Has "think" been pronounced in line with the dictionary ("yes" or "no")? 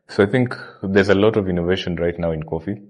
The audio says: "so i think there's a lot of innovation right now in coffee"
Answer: yes